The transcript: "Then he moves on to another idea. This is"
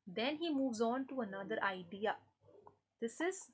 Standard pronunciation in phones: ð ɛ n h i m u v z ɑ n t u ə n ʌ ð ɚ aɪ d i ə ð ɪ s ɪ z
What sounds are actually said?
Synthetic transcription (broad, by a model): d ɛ n h i m u v z ɑ n t u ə n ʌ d ɚ aɪ d i ə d ɪ s ɪ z